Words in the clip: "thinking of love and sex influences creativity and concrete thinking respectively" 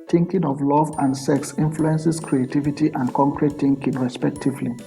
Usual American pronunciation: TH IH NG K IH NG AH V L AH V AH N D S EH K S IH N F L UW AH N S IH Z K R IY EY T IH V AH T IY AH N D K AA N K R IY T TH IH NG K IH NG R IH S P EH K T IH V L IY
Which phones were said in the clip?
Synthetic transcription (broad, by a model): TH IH NG K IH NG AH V L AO V AH N D S EH K S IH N F L UW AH N S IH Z K R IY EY T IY V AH T IY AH N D K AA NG K R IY T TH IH NG K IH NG R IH S P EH K T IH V L IY